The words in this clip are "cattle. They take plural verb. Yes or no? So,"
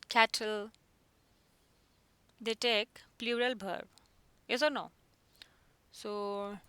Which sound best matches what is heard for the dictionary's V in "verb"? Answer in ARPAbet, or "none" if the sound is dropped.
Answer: B